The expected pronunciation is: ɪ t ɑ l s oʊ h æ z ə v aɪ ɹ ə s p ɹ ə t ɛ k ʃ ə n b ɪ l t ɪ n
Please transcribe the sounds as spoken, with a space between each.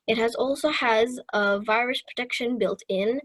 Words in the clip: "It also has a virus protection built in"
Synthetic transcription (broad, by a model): ɪ t ɑ l s oʊ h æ z ə v aɪ ɹ ə s p ɹ ə t ɛ k ʃ ə n b ɪ l t ɪ n